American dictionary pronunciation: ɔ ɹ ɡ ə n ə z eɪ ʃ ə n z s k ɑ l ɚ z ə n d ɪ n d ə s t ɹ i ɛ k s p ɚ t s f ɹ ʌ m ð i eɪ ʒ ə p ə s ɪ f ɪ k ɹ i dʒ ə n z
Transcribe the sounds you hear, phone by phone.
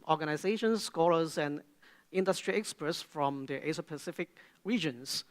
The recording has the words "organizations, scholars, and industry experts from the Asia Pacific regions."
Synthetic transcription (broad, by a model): ɔ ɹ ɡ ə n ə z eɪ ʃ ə n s k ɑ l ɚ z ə n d ɪ n d ə s t ɹ i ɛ k s p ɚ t s f ɹ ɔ m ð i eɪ s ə p ə s ɪ f ɪ k ɹ i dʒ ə n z